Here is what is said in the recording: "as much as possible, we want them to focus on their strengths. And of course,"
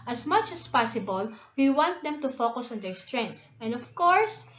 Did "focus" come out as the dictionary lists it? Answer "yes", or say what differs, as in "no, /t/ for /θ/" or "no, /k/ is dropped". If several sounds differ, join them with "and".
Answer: yes